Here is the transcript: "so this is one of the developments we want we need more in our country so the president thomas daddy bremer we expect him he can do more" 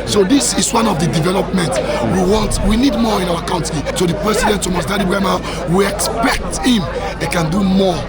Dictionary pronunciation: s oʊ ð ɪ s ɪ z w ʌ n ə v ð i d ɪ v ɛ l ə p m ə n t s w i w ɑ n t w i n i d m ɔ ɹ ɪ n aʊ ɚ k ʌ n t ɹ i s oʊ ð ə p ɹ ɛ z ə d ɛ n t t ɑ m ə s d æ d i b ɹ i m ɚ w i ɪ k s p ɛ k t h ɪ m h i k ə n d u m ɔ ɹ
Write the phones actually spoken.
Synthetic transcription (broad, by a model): s oʊ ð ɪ s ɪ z w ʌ n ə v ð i d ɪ v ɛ l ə p m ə n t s w i w ɑ n t w i n i d m ɔ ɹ ɪ n aʊ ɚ k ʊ n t i s oʊ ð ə p ɹ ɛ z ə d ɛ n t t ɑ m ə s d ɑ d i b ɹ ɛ m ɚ w i ɪ k s p ɛ k t h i m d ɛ k ə n d u m ɔ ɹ